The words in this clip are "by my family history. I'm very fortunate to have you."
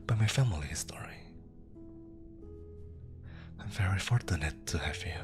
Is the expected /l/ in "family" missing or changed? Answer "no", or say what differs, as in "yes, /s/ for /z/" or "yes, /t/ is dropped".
no